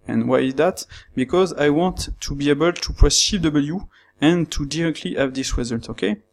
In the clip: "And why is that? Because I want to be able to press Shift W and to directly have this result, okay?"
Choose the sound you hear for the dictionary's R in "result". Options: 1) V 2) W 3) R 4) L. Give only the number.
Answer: 2